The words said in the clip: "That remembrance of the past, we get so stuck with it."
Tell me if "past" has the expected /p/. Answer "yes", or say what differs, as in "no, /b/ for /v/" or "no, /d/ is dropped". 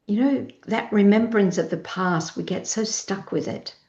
yes